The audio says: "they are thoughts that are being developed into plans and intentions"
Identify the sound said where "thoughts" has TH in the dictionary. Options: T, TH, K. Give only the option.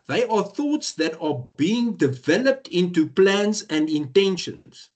TH